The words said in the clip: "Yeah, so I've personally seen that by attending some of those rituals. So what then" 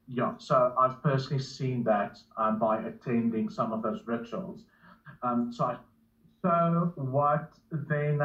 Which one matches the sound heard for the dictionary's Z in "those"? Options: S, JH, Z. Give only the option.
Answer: Z